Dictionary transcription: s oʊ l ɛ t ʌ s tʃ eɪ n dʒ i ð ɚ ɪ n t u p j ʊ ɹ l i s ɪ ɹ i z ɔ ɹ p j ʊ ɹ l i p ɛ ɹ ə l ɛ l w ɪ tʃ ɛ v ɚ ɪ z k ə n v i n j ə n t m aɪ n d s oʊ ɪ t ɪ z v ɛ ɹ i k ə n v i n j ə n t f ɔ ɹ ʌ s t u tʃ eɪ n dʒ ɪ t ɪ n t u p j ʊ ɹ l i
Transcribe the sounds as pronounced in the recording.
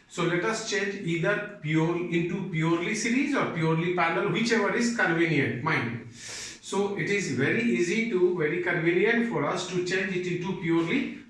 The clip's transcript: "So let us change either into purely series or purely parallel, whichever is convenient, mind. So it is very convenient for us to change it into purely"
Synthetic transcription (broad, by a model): s oʊ l ɛ t ʌ s tʃ eɪ n dʒ i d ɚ ɪ n t u p j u ɹ l i s ɪ ɹ i z ɔ ɹ p j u ɹ l i p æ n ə l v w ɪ tʃ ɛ v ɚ ɪ z k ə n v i n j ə n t m aɪ n d s oʊ ɪ t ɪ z v ɛ ɹ i k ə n v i n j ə n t f ɔ ɹ ʌ s t u tʃ eɪ n dʒ ɪ t ɪ n t u p j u ɹ l i